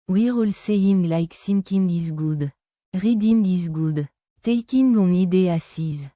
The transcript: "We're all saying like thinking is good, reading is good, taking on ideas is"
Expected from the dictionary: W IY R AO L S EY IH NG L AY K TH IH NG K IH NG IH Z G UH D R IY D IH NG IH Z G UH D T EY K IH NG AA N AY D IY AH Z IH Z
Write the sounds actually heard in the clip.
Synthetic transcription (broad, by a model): W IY R AO L S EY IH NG L AY K S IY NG K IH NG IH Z G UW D R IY D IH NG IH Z G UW D T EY K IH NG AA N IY D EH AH S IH Z